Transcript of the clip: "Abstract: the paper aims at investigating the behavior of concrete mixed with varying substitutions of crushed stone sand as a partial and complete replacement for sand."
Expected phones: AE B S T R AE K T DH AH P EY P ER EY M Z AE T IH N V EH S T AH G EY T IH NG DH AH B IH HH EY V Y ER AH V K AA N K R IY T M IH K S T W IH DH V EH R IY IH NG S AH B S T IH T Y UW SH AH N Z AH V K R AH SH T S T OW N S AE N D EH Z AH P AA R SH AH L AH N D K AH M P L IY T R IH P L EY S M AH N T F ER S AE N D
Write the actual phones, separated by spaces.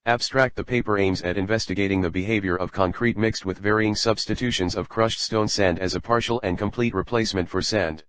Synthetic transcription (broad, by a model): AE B S T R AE K T DH AH P EY P ER EY M Z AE T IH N V EH S T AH G EY T IH NG DH AH B IH HH EY V Y ER AH V K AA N K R IY T M IH K S T W IH DH V EH R IY IH NG S AH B S T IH T UW SH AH N Z AH V K R AH SH T S T OW N S AE N D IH Z AH P AA R SH L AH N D K AH M P L IY T R IH P L EY S M AH N T F ER S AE N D